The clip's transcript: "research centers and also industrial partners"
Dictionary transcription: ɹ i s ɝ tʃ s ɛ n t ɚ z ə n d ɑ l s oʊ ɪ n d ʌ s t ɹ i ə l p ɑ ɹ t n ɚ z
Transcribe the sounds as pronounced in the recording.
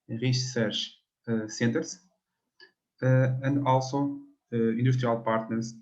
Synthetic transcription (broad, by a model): ɹ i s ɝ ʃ s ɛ n t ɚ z ə n d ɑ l s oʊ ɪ n d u ʃ t ɹ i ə l p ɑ ɹ t n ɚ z